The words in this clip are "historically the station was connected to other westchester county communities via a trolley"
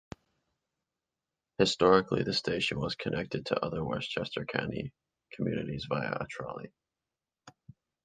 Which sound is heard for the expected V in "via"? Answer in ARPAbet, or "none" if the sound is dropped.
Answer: V